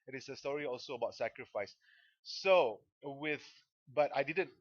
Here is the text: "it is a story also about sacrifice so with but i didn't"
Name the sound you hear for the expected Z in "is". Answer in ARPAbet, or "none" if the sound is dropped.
S